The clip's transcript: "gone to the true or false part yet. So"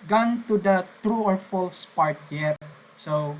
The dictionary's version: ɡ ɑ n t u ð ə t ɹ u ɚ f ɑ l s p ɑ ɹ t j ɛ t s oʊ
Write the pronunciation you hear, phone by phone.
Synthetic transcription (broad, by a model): ɡ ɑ n t u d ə t ɹ u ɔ f ɑ l s p ɑ ɹ t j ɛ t s oʊ